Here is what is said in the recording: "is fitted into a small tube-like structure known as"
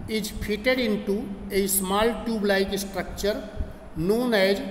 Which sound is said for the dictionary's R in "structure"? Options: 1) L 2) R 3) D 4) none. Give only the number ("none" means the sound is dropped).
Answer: 2